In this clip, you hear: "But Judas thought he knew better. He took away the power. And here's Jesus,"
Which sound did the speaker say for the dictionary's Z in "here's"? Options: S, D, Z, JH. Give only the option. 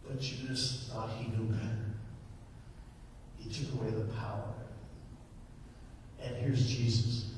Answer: Z